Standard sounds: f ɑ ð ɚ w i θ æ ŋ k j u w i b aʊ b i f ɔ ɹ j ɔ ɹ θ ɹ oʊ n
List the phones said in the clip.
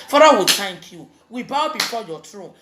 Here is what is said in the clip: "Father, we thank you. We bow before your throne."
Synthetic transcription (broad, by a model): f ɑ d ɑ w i t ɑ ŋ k j u w i b aʊ b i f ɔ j ɔ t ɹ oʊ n